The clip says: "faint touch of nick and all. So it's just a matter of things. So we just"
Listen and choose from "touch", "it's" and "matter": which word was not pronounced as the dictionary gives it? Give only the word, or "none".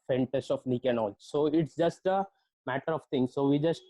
touch